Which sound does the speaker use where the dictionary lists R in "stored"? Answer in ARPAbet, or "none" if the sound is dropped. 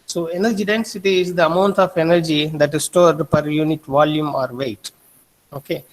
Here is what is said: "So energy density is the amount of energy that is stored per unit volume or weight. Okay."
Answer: R